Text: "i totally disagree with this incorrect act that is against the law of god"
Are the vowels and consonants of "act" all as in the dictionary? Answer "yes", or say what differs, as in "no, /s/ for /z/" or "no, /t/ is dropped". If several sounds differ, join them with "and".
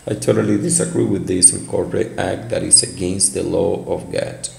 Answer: yes